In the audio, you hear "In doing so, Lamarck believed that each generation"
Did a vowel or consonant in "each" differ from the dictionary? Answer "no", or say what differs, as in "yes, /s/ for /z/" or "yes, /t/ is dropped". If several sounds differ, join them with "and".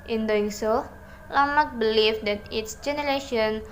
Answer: yes, /s/ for /tʃ/